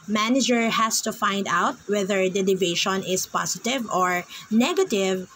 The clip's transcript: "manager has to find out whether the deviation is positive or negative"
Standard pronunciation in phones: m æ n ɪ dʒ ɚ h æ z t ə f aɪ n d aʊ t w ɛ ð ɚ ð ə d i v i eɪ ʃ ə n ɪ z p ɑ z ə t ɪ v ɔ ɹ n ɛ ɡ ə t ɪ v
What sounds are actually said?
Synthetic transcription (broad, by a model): m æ n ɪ dʒ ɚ h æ s t ə f aɪ n d aʊ t w ɛ ð ɚ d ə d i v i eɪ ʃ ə n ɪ s p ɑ s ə t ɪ v ɔ ɹ n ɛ ɡ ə t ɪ v